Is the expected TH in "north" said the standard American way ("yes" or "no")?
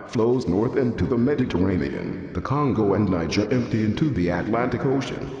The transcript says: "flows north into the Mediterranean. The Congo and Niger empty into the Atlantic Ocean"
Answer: yes